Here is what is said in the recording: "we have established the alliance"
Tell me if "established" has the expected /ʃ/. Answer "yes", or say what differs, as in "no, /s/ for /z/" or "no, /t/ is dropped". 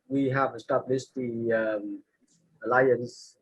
no, /s/ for /ʃ/